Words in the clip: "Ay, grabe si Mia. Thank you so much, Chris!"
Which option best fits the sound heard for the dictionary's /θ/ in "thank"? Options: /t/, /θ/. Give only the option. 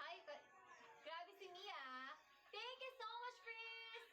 /t/